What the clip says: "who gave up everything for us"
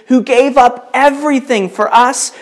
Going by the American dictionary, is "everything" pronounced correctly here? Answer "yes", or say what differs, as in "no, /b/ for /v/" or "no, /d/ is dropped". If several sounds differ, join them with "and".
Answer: yes